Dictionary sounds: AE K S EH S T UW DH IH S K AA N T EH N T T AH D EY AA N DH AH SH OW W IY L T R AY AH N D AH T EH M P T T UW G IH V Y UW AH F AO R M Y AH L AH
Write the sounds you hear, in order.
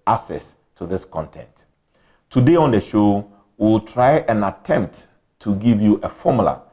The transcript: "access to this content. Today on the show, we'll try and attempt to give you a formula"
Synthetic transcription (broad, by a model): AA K S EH S T UW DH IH S K AA N T EH N T T AH D EY AA N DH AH SH OW W IY L T R AY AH N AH T EH M P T T UW G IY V Y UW AH F AO M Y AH L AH